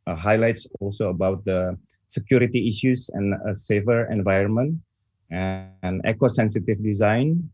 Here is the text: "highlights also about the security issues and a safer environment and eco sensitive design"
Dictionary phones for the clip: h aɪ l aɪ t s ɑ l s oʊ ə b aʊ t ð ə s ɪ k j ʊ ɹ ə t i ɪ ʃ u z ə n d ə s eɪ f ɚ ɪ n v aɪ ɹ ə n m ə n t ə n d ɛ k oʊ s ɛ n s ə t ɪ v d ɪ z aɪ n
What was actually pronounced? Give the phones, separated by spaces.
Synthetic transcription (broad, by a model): h aɪ l aɪ t s ɑ l s oʊ ə b aʊ t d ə s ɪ k j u ɹ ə t i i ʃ u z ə n ə s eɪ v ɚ ɪ n v aɪ ɹ ə n m ə n t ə n ɛ k oʊ s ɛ n s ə t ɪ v d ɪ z aɪ n